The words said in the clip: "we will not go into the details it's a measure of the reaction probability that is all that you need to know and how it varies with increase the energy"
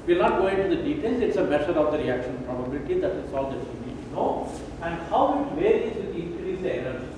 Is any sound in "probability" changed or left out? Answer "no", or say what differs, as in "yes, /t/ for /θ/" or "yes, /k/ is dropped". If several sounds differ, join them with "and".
no